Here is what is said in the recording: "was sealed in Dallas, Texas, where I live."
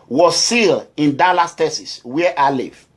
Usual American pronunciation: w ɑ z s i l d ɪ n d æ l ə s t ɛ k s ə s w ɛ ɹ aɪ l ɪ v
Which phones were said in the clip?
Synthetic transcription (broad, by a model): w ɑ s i l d ɪ n d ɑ l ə s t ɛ s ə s w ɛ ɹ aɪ l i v